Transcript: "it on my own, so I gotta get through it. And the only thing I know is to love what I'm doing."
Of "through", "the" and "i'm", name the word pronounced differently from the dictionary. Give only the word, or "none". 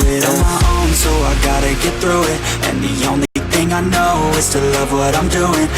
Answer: none